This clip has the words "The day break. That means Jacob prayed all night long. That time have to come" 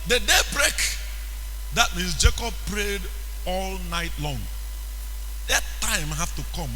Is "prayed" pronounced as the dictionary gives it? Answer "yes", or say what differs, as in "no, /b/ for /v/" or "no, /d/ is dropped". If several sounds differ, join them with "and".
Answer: yes